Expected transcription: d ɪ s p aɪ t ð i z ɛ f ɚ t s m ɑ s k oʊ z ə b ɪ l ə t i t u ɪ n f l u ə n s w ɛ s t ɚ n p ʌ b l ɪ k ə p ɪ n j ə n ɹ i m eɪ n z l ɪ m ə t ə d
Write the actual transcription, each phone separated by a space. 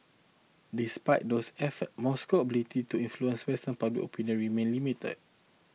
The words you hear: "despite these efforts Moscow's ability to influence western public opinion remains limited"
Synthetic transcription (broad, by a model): d ɪ s p aɪ t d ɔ s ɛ f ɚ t m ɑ s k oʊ ə b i l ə t i t u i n f l u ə n s w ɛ s t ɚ n p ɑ b l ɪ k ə p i n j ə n ɹ i m eɪ n l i m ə t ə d